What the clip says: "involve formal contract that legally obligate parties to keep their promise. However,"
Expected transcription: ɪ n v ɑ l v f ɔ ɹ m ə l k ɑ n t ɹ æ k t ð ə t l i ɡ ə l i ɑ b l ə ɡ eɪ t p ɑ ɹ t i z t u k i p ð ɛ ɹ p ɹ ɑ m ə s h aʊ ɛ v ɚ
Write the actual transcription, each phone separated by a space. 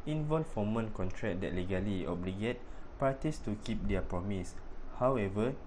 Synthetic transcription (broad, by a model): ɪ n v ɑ l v f ɔ m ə n k ɑ n t ɹ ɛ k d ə t l i ɡ ə l i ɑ b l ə ɡ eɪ t p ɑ t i s t u k i p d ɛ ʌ p ɹ ɑ m ə s h aʊ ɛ v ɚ